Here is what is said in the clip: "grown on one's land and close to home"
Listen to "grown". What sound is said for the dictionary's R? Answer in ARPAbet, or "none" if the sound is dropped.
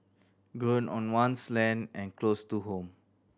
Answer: none